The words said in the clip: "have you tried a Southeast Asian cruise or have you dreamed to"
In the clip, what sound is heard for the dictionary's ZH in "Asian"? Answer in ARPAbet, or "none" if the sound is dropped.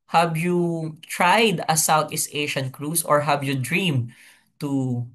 SH